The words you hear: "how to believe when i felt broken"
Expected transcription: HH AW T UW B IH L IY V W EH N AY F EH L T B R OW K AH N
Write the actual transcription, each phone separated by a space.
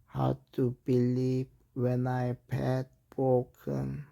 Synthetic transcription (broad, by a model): HH AW T UW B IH L IY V W EH N AY P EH T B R OW K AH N